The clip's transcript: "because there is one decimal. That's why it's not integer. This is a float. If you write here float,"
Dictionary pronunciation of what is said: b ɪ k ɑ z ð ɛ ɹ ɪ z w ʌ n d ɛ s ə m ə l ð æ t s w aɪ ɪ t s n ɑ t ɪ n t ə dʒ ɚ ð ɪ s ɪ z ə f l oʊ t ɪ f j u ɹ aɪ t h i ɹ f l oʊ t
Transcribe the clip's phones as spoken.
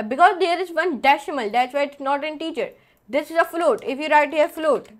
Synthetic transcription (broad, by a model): b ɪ k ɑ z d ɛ ɹ ɪ z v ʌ n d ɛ ʃ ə m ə l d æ t s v aɪ ɪ t s n ɑ t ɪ n t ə tʃ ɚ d ɪ s ɪ z ə f l oʊ t ɪ f j u ɹ aɪ t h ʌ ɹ f l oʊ t